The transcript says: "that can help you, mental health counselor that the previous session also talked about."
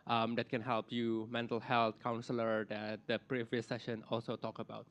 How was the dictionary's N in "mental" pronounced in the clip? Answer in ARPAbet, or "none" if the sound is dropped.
N